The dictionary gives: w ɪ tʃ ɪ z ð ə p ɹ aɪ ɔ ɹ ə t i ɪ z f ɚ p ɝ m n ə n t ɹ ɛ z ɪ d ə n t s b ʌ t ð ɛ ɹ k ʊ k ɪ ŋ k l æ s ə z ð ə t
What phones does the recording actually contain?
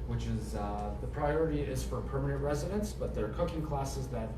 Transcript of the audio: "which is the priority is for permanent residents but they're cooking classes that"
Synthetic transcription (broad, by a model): w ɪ tʃ ɪ z ð ə p ɹ aɪ ɔ ɹ ə t i ɪ z f ɚ p ɝ m n ə n t ɹ ɛ z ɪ d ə n s b ʌ t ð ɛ ɹ k ʊ k ɪ ŋ k l æ s ə z ð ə t